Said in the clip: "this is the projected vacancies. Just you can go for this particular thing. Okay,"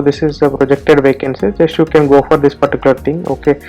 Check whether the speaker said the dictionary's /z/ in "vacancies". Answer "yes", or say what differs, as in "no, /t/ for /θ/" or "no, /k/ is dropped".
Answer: no, /z/ is dropped